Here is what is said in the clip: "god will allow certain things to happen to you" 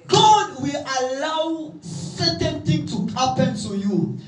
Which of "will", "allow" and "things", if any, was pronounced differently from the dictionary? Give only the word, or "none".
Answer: things